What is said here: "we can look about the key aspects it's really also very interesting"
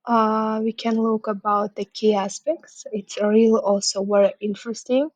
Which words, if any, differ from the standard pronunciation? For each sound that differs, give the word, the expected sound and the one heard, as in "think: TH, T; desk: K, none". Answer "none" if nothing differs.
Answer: very: V, W